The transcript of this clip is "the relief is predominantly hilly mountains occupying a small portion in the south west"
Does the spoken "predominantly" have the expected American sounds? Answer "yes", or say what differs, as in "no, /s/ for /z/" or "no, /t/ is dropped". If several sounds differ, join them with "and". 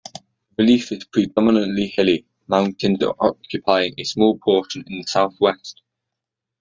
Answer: yes